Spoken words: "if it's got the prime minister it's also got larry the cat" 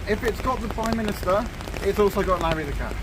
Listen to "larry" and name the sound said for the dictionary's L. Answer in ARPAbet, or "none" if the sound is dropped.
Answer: N